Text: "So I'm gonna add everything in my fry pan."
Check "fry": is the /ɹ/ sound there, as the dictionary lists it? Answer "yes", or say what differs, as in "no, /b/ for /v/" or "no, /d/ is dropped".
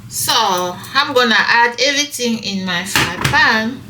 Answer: no, /ɹ/ is dropped